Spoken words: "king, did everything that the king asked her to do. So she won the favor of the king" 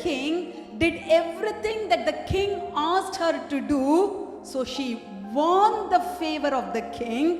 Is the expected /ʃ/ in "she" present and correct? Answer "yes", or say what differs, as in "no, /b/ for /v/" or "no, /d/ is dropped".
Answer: yes